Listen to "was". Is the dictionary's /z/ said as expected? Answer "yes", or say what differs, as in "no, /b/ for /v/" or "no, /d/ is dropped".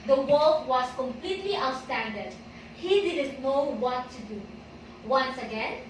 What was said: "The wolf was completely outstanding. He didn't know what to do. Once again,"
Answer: no, /s/ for /z/